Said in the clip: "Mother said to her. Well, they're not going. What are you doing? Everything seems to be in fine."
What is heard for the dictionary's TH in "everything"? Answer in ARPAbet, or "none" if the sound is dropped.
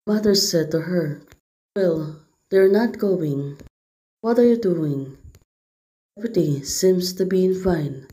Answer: T